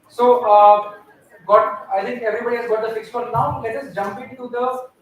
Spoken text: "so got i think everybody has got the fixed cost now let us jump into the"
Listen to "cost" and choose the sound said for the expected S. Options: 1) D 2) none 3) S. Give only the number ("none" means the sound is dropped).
2